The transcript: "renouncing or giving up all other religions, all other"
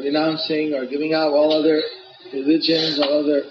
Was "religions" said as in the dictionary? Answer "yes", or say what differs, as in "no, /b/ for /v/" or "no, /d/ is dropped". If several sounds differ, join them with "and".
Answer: yes